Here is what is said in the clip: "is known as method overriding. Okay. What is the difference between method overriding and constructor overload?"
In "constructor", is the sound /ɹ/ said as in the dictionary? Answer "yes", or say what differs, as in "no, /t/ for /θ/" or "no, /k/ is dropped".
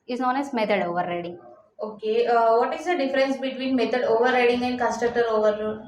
no, /ɹ/ is dropped